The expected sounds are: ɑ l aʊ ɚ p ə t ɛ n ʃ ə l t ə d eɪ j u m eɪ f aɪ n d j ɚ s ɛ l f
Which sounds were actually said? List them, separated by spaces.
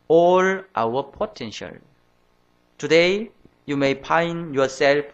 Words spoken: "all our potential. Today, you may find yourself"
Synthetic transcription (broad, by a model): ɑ l aʊ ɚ p ə t ɛ n ʃ ə l t ə d eɪ j u m eɪ p aɪ n j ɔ s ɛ l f